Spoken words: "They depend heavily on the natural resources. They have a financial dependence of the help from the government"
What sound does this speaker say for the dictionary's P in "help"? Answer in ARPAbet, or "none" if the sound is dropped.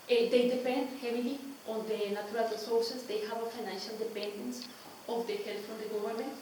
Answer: F